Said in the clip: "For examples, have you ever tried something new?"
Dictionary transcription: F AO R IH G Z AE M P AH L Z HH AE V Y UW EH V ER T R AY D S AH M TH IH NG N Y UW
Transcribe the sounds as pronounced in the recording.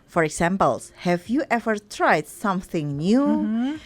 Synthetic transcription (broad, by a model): F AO R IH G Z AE M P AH L S HH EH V Y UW EH V ER T R AY D S AH M TH IH NG N Y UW